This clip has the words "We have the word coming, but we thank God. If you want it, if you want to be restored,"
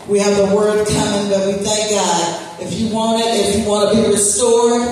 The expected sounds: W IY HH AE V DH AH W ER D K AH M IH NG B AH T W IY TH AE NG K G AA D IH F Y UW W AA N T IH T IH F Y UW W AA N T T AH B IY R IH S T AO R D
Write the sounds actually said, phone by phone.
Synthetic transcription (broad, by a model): W IY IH V DH AH W ER D K AH M IH NG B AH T W IY TH AE NG K G AA D IH F Y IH W AA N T IH T IH F Y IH W AA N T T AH B IY R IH S T AO R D